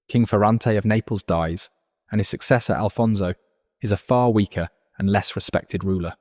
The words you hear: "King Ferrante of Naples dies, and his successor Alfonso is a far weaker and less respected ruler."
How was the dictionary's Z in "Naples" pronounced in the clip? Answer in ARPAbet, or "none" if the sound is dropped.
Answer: Z